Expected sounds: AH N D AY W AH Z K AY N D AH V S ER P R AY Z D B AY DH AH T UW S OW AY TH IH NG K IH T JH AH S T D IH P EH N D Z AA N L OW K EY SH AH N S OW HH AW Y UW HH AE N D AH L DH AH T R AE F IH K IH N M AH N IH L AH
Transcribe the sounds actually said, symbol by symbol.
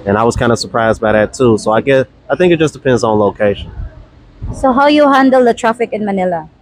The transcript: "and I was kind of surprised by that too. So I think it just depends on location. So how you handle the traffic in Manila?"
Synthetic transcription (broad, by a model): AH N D AY W AH Z K AY N D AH S ER P R AY Z D B AY DH AH T UW S OW AY TH IH NG K IH T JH AH S D IH P EH N D Z N L OW K EY SH AH N S OW HH AW Y UW HH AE N D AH L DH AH T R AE F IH K IH N M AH N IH L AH